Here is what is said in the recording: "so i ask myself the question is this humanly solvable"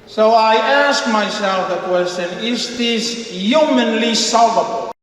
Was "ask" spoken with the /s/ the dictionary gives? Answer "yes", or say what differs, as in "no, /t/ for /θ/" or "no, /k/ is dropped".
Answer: yes